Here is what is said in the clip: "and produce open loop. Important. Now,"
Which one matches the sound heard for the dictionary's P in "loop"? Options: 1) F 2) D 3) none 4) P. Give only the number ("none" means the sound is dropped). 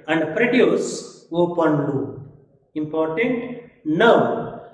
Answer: 3